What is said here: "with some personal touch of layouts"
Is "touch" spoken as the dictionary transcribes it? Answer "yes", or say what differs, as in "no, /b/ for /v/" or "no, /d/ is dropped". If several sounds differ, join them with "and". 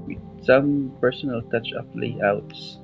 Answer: yes